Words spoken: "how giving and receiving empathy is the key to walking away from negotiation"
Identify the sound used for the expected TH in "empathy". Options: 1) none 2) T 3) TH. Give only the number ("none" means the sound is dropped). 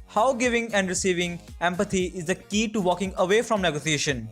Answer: 2